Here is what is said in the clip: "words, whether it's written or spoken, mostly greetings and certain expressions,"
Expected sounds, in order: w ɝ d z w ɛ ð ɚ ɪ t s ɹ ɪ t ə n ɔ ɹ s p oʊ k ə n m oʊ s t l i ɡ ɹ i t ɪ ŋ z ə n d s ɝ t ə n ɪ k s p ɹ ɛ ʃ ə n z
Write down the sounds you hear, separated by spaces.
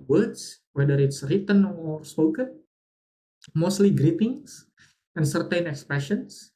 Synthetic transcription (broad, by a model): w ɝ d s w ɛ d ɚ ɪ t s ɹ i t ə n ɔ ɹ s p oʊ k ə n m oʊ s t l i ɡ ɹ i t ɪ ŋ s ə n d s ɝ t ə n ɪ k s p ɹ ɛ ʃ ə n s